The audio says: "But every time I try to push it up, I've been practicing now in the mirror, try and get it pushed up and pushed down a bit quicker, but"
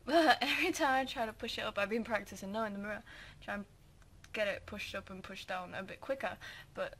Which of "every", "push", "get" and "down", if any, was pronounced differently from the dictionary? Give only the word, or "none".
none